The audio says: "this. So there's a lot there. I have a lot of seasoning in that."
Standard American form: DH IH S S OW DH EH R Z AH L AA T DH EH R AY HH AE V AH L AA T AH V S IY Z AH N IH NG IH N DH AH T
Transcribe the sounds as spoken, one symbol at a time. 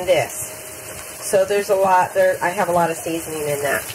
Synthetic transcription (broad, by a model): DH IH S S OW DH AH R Z AH L AA T DH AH R AY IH V AH L AA T AH V S IY Z AH N IH NG IH N DH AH T